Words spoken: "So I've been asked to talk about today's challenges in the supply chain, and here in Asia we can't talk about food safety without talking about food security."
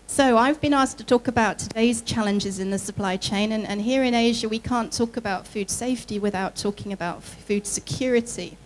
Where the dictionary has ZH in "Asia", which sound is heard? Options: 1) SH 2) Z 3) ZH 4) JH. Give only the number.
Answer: 3